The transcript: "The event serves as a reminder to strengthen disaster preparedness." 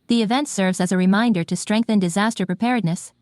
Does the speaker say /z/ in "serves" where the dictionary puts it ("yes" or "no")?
yes